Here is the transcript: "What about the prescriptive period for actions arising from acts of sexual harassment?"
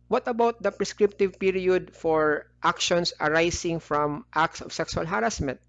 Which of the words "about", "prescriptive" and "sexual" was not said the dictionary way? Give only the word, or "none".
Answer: sexual